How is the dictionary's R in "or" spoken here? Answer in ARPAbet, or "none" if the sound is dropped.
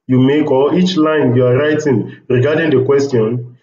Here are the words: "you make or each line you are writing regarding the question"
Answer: L